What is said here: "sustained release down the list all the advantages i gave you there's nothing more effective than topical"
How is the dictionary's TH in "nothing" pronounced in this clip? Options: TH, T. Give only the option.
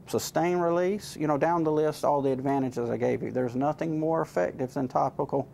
TH